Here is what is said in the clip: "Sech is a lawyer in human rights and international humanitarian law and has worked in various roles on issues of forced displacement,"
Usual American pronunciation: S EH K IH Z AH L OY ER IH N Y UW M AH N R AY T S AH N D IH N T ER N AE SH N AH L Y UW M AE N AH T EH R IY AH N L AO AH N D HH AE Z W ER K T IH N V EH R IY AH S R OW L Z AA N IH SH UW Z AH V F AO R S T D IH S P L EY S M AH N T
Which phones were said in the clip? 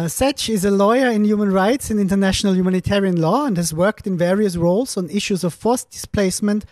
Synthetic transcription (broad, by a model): S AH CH IH Z AH L OY ER IH N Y UW M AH N R AY T S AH N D IH N T ER N AE SH N AH L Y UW M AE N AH T EH R IY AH N L AO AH N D HH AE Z W ER K T IH N V EH R IY AH S R OW L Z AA N IH SH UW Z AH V F AO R S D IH S P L EY S M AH N T